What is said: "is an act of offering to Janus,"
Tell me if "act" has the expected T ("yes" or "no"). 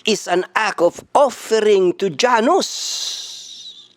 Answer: no